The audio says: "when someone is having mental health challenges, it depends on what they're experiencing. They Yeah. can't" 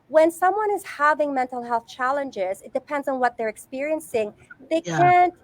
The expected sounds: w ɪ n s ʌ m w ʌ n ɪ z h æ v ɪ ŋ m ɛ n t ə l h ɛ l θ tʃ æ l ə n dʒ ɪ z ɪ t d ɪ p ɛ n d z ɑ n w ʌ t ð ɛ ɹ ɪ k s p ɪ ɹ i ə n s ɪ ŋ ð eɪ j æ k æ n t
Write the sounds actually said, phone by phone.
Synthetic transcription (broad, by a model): w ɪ n s ʌ m w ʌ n ɪ z h æ v ɪ ŋ m ɛ n t l h ɛ l θ tʃ æ l ə n dʒ ɪ z ɪ t d ɪ p ɛ n d z n w ʌ t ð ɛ ɹ ɪ k s p ɪ ɹ i ə n s ɪ ŋ ð eɪ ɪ k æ n t